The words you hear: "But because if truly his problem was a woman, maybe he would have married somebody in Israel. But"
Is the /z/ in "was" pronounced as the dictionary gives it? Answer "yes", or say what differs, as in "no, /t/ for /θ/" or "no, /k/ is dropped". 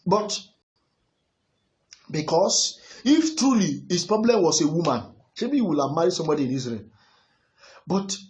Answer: no, /s/ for /z/